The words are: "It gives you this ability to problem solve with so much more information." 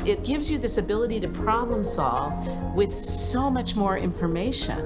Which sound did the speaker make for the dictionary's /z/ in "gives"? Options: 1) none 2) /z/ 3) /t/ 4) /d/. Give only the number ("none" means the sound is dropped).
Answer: 2